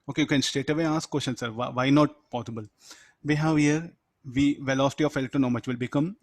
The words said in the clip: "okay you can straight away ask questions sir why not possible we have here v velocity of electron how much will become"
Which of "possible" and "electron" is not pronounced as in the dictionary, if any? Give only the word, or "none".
electron